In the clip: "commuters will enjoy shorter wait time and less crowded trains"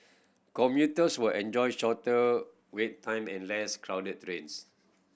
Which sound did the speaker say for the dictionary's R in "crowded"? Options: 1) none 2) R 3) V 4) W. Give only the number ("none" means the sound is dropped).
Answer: 2